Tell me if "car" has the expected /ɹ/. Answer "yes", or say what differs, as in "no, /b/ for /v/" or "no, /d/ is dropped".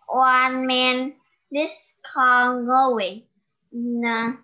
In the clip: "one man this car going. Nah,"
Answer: no, /l/ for /ɹ/